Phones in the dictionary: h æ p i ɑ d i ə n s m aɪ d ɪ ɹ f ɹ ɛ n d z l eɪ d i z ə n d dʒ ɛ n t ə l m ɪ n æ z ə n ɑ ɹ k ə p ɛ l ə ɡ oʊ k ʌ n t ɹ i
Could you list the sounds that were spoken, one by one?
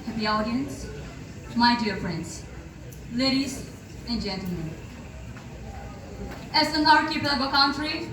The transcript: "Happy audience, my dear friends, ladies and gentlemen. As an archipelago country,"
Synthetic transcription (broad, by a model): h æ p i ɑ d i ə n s m aɪ d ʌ ɹ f ɹ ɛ n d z l eɪ d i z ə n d dʒ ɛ n t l m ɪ n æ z ə n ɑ ɹ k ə b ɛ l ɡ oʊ k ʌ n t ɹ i